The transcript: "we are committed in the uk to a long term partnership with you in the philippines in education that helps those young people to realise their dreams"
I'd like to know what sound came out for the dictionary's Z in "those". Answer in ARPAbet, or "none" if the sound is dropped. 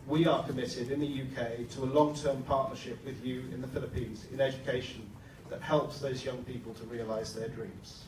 Z